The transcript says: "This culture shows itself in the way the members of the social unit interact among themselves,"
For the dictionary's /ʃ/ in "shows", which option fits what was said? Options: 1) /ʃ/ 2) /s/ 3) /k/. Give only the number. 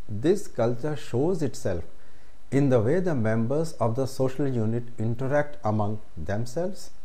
1